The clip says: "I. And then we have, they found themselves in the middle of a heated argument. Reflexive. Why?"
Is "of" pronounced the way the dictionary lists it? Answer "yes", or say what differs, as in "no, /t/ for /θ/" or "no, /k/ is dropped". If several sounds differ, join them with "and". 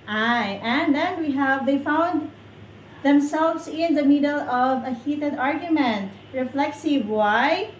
yes